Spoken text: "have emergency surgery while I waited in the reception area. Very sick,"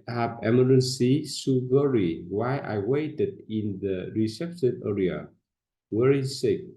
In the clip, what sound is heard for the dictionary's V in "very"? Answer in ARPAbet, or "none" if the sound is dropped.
W